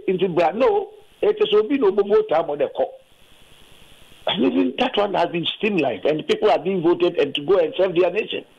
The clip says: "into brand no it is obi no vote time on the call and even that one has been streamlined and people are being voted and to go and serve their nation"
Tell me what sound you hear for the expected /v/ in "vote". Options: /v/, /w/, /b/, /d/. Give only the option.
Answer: /b/